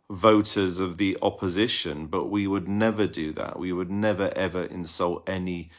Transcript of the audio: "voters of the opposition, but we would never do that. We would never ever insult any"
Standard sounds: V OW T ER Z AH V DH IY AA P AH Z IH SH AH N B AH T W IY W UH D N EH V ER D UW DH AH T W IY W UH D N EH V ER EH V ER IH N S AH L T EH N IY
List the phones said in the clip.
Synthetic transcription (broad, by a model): V OW T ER Z AH V DH IY AA P AH Z IH SH AH N B AH T W IY W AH D N EH V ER D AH DH AH T W IY W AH D N EH V ER EH V ER IH N S AH L T EH N IY